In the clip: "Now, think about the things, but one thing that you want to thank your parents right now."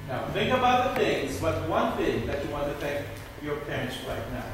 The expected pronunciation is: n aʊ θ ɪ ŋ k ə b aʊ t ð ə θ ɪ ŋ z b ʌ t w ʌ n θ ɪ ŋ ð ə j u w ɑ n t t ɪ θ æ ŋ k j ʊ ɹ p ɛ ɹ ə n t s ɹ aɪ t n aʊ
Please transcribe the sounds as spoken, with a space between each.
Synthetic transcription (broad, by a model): n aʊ θ ɪ ŋ k ə b aʊ t ð ə θ ɪ ŋ z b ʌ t w ʌ n θ ɪ ŋ ð ə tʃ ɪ w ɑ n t t ɪ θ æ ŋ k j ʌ ɹ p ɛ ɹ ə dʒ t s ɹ aɪ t n aʊ